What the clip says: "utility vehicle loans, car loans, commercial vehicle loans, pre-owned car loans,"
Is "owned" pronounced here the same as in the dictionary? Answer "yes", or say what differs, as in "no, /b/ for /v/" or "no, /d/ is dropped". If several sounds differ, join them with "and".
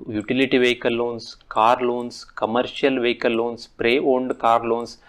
yes